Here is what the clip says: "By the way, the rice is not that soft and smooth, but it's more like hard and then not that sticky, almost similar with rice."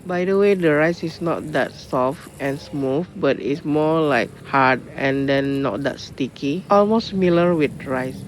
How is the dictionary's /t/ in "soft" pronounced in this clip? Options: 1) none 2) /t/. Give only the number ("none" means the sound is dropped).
2